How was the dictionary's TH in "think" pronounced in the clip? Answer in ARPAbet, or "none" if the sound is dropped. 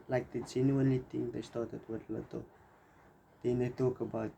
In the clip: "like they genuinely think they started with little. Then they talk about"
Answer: T